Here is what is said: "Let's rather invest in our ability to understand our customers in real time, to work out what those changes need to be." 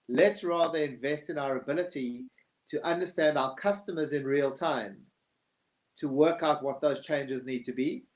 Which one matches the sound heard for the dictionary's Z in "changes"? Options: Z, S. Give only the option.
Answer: Z